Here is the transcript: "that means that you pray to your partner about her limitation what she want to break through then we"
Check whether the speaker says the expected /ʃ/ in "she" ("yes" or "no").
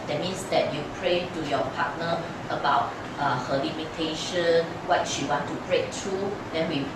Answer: yes